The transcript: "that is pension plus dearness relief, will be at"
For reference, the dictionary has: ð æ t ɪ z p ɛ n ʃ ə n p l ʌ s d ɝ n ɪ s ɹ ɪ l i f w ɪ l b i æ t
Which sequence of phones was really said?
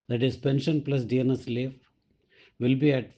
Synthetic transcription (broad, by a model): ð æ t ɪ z p ɛ n ʃ ə n p l ʌ s d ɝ n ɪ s l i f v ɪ l b i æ t